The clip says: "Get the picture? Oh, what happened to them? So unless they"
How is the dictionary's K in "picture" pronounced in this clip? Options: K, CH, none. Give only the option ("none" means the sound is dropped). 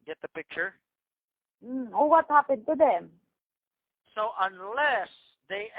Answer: K